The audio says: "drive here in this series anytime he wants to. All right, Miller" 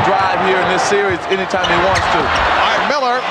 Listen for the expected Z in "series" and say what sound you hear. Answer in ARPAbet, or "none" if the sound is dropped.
Z